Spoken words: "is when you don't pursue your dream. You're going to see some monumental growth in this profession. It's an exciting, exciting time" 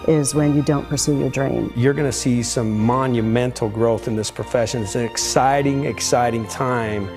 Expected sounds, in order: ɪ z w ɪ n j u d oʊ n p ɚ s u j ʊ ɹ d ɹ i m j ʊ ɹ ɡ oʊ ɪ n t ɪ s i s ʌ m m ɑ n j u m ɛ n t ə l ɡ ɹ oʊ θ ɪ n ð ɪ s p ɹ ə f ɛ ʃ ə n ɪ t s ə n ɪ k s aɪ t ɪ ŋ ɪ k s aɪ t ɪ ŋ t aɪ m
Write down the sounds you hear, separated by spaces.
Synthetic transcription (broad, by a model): ɪ z w ɪ n j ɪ d oʊ n p ɚ s u j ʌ ɹ d ɹ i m j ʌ ɹ ɡ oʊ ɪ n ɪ s i s ʌ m m ɑ n j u m ɛ n t l ɡ ɹ oʊ θ ɪ n ð ɪ s p ɹ ə f ɛ ʃ ə n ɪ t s ə n ɪ k s aɪ t ɪ ŋ ɪ k s aɪ t ɪ ŋ t aɪ m